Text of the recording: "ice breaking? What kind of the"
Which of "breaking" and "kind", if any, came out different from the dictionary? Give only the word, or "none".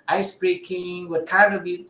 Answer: kind